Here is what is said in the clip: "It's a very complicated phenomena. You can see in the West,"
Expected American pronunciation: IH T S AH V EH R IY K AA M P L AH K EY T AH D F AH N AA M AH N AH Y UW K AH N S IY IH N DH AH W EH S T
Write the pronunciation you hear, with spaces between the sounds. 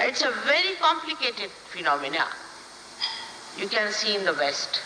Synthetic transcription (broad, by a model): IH T S AH V EH R IY K AA M P L AH K EY T AH D F AH N AA M AH N AH Y UW K AH N S IY IH N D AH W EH S T